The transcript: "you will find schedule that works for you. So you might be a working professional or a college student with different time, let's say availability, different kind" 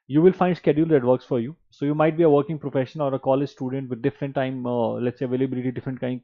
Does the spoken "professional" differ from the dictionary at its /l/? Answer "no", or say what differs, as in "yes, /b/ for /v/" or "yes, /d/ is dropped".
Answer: yes, /n/ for /l/